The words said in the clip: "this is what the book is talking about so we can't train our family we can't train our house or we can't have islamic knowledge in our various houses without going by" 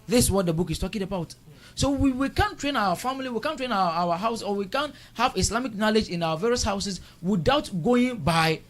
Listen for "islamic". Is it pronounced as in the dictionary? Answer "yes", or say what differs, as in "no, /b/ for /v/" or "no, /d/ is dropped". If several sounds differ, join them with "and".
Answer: no, /s/ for /z/